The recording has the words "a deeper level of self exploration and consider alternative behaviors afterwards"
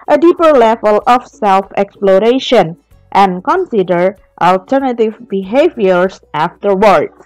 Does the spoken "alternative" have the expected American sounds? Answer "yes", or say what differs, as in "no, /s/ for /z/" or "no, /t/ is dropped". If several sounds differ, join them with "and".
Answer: yes